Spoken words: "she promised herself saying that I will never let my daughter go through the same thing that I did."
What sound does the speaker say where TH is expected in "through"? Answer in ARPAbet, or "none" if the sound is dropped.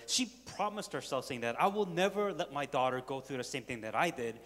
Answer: TH